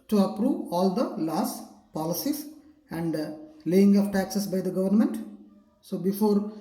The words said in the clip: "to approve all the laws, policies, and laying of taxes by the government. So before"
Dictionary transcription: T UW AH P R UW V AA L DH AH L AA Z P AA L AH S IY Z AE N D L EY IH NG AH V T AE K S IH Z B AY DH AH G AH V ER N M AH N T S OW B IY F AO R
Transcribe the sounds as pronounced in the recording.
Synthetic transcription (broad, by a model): T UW AH P R UW V AA L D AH L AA S P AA L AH S IY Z AE N D L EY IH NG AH P T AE K S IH S B AY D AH G AH V ER N M AH N T S OW B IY F AO R